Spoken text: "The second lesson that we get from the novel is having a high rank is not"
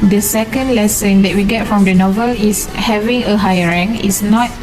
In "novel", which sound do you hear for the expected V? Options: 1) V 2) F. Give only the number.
1